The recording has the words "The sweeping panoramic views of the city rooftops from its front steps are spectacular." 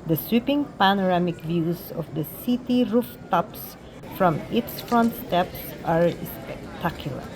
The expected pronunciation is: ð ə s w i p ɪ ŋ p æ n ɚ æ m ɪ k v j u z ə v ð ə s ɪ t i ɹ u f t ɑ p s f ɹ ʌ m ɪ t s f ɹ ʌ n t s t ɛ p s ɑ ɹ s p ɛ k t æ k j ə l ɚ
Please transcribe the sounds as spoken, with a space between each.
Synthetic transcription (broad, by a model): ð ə s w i p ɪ ŋ p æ n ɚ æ m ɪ k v j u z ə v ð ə s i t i ɹ u f t ɑ p s f ɹ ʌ m ɪ t s f ɹ ʌ n t s t ɛ p s ɑ ɹ s p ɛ k t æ k j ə l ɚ